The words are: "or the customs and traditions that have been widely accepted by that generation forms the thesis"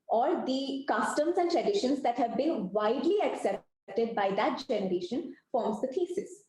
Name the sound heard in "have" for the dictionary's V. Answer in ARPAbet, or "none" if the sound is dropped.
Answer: V